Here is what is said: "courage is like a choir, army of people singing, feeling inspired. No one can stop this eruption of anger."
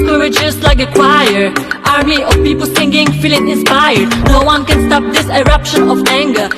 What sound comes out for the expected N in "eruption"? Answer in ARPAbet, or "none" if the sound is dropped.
N